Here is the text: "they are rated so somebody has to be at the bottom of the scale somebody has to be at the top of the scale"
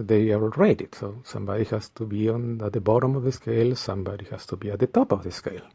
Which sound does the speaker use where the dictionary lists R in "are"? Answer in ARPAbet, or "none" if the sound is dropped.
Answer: L